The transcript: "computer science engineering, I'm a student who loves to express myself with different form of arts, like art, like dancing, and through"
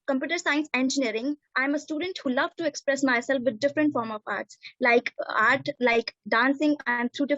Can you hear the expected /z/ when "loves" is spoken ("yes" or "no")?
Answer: no